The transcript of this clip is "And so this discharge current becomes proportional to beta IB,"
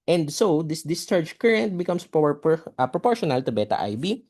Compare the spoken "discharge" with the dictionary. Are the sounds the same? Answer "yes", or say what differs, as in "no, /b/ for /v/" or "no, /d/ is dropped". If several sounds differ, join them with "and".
yes